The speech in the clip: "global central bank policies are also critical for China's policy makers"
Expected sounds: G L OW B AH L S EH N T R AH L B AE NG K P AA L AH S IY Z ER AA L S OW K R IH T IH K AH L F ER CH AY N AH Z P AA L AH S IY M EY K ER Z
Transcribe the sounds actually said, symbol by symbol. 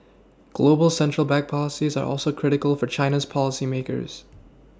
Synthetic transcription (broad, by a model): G L OW B L S EH N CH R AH L B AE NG K P AA L AH S IY Z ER AA L S OW K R IH T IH K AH L F ER CH AY N AH Z P AA L AH S IY M EY K ER Z